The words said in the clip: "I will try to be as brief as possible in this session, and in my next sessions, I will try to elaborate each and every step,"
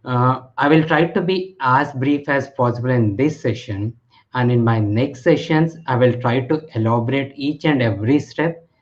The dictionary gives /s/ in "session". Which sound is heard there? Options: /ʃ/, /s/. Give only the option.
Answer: /s/